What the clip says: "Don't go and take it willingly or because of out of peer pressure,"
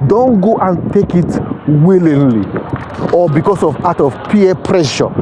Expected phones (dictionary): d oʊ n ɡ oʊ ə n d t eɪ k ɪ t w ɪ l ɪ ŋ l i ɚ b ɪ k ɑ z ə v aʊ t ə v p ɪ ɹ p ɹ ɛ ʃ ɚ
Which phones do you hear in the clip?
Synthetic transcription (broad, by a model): d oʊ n ɡ oʊ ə n t eɪ k ɪ t w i l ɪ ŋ l i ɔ b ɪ k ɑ s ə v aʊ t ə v p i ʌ p ɹ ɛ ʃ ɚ